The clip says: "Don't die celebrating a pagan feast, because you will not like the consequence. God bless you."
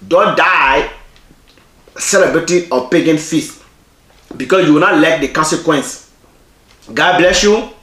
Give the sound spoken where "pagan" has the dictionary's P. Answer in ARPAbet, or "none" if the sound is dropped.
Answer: P